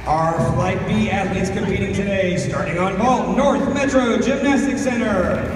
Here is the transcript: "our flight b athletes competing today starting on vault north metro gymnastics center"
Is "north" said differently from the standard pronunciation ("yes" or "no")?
no